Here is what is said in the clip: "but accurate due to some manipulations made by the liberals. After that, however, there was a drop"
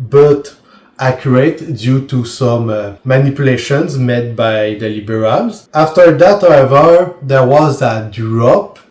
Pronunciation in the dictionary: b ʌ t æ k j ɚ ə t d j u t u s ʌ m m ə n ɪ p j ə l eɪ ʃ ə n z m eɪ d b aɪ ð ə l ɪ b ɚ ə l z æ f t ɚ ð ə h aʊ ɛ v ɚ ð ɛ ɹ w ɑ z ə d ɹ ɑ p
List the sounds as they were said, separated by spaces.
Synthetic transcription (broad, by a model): b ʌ t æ k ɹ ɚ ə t d j u t u s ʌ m m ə n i p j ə l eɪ ʃ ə n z m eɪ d b aɪ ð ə l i b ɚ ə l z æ f t ɚ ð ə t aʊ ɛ v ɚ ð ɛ ɹ w ɑ z ə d ɹ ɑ p